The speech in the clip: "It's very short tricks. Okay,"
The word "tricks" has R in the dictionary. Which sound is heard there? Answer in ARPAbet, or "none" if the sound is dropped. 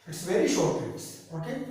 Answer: none